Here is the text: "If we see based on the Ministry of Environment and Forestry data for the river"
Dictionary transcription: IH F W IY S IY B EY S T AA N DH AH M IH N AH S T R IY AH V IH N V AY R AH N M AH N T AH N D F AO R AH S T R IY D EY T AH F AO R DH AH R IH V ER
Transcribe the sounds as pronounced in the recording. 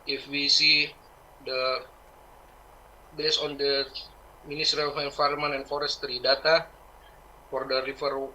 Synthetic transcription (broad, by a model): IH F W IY S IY B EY S AA N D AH M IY N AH S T R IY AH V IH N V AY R M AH N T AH N F AO R AH S T R IY D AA T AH F AO R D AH R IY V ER